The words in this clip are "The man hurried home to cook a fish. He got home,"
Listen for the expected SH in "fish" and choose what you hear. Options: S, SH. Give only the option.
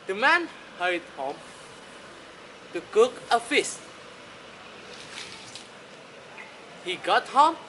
S